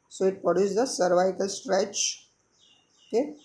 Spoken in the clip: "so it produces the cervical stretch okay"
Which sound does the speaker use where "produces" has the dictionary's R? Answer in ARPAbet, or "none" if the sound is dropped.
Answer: none